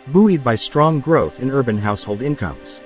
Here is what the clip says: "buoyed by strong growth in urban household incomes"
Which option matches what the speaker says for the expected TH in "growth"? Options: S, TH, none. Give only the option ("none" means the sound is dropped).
TH